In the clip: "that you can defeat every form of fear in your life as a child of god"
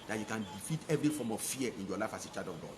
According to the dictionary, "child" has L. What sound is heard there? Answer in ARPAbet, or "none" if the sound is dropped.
none